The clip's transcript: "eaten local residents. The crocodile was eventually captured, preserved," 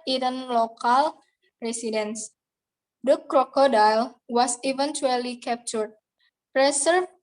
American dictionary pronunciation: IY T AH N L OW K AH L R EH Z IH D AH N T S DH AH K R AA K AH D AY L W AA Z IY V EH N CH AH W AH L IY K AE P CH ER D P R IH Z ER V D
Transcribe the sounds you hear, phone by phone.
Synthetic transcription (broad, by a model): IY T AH N L OW K AH L R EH S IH D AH N S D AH K R AA K AH D AY L W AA S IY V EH N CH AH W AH L IY K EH P CH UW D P R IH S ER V